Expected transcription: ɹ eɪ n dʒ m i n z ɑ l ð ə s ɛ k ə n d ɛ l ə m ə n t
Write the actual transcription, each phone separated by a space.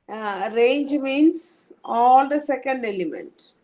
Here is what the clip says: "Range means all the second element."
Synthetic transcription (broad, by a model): ɹ eɪ n dʒ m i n s ɑ l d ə s ɛ k ə n d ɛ l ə m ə n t